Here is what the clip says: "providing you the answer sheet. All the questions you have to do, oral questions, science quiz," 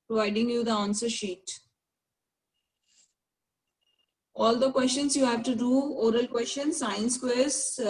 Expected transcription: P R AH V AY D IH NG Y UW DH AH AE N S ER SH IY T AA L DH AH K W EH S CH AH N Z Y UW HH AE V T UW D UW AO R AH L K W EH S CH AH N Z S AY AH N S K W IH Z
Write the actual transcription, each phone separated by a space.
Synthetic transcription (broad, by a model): P R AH V AY D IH NG Y UW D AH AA N S ER SH IY T AA L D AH K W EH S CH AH N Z Y UW HH AE V T UW D UW AO R AH L K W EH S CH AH N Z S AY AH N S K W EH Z